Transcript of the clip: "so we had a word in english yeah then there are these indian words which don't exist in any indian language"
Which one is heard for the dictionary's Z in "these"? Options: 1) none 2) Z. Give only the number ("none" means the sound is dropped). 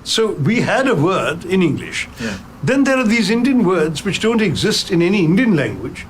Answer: 2